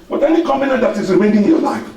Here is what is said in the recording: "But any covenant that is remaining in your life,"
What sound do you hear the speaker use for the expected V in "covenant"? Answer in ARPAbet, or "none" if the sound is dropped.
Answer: B